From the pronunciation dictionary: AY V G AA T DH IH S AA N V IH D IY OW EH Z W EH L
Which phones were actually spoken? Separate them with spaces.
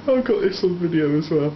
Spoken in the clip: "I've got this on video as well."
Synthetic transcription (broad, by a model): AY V G AA T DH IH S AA L V IH D IY OW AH Z W EH L